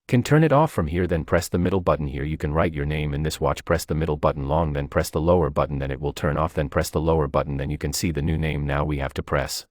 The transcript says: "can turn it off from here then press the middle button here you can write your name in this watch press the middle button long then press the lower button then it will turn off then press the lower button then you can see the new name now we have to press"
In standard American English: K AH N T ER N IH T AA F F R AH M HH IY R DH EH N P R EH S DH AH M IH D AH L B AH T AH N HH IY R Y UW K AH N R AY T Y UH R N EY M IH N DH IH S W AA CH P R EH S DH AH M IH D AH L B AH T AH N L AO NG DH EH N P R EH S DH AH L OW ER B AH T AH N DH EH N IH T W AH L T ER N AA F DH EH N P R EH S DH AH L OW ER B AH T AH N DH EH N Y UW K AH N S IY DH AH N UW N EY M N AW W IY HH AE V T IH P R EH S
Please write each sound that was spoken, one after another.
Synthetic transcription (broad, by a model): K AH N T ER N IH T AA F F R AH M HH IY R DH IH N P R EH S DH AH M IH D L B AH T N HH IY R Y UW K AH N R AY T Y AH R N EY M IH N DH IH S W AA CH P R EH S DH AH M IH D L B AH T N L AO NG DH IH N P R EH S DH AH L OW ER B AH T N DH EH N IH T W AH L T ER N AA F DH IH N P R EH S DH AH L OW ER B AH T N DH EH N Y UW K AH N S IY DH AH N UW N EY M N AW W IY HH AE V T IH P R EH S